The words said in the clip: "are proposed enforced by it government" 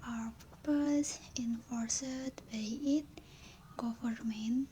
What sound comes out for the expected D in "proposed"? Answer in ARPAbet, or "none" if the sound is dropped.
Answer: none